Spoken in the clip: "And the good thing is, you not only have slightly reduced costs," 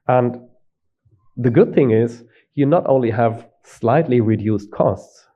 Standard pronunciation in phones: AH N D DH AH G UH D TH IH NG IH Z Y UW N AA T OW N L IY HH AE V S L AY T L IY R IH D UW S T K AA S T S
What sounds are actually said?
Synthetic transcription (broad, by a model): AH N DH AH G UH D TH IH NG IH Z Y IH N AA T OW N L IY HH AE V S L AY T L IY R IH D UW S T K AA S T S